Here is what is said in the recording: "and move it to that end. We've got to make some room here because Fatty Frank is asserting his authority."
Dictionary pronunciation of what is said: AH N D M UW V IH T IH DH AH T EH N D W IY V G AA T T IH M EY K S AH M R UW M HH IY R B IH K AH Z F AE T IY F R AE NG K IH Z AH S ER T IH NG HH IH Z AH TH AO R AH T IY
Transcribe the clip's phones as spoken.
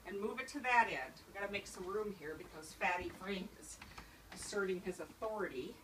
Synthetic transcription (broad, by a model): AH N M UW V IH T IH DH AH T EH N D W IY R G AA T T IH M EY K S AH M R UW M HH IY R B IH K AH Z F AE T IY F R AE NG IH Z AH S ER T IH NG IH Z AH TH AO R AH T IY